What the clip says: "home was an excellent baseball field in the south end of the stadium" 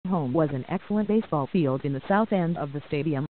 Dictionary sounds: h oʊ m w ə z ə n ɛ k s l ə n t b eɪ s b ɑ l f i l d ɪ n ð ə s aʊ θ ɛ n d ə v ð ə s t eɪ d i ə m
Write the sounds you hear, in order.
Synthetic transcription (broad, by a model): h oʊ m w ə z ə n ɛ k s l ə n b eɪ s b ɑ l f i l d ɪ n ð ə s aʊ θ ɛ n d ə v ð ə s t eɪ d i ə m